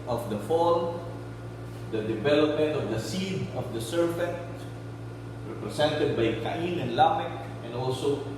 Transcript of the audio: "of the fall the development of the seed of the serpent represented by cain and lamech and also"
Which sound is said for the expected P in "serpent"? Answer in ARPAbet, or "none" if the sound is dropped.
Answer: F